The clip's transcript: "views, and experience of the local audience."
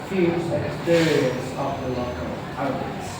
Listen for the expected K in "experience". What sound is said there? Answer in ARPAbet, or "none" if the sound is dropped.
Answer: K